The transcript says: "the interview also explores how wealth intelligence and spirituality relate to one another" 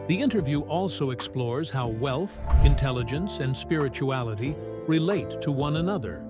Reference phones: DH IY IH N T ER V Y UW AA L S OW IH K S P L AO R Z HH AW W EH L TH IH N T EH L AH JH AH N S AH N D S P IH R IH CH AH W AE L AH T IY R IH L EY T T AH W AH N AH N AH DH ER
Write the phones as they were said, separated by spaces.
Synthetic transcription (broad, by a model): DH IY IH N T ER V Y UW AA L S OW IH K S P L AO R Z HH AW W EH L TH IH N T EH L AH JH AH N S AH N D S P IH R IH CH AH AE L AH T IY R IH L EY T T AH W AH N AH N AH DH ER